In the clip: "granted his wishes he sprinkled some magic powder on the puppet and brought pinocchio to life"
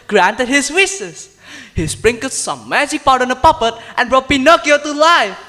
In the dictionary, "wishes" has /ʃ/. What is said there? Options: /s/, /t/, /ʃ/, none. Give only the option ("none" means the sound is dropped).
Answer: /s/